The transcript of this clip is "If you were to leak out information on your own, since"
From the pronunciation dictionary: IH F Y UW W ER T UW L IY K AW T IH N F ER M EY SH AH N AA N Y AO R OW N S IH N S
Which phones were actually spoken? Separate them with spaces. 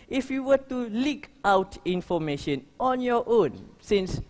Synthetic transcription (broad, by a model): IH F Y UW W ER T UW L IY K AW T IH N F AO M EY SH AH N AA N Y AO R OW N S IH N S